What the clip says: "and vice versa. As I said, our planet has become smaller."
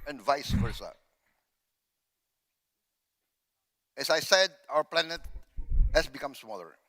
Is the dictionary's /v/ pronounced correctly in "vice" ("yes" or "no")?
yes